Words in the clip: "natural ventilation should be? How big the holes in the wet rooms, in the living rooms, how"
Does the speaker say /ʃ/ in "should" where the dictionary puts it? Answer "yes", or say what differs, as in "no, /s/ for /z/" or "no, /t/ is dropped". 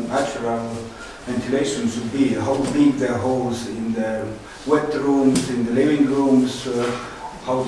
no, /s/ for /ʃ/